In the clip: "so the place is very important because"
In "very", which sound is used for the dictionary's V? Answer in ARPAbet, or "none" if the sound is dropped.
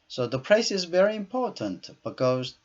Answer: V